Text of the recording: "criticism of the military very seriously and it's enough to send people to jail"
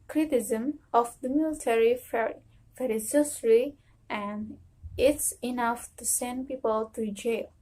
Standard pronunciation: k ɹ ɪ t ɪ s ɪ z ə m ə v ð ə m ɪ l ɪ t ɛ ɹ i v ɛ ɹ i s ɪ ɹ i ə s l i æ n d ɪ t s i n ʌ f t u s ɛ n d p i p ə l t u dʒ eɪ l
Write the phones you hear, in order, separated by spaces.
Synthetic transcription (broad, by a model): k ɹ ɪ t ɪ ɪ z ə m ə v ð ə m ɪ l ɪ t ɛ ɹ i f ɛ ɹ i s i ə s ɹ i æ n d ɪ t s i n ʌ f t u s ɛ n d p i p ə l t u dʒ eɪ l